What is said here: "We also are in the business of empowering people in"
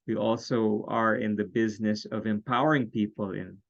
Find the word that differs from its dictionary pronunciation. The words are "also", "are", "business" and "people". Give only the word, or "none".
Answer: none